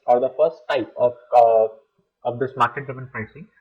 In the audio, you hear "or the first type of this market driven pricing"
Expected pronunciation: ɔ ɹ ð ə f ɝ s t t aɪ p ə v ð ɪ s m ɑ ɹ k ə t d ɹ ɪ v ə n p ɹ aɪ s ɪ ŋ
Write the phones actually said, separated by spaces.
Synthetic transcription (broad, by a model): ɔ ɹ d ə f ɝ s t t aɪ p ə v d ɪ s m ɑ ɹ k ə t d ɪ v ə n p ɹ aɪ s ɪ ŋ